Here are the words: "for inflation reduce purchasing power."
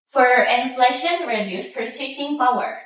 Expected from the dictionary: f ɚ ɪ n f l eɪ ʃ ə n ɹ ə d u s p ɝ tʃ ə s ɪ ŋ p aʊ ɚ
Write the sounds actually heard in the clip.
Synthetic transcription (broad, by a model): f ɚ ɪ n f l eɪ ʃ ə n ɹ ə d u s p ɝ s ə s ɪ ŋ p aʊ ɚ